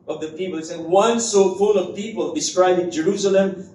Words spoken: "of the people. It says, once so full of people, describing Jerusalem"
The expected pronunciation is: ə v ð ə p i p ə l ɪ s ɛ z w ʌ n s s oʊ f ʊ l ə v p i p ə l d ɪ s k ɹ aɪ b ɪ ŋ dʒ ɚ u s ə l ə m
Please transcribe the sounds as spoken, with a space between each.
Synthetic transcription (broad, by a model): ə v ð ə p i p ə l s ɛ w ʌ n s s oʊ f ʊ l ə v p i p ə l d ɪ s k ɹ aɪ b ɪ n dʒ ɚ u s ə l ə m